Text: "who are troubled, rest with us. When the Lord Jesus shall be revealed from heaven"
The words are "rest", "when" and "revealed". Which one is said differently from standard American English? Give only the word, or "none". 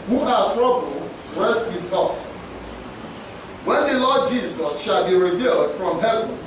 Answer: none